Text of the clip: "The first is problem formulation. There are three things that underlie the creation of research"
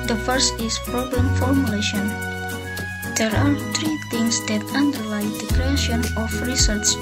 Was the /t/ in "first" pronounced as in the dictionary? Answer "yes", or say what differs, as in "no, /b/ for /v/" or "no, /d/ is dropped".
yes